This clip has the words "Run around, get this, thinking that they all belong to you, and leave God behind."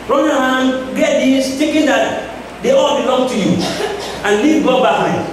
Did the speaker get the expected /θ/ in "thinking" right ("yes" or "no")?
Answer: no